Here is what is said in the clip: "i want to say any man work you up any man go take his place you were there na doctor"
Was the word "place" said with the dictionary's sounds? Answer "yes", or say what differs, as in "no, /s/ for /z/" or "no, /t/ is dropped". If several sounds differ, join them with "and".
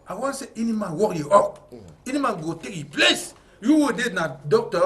yes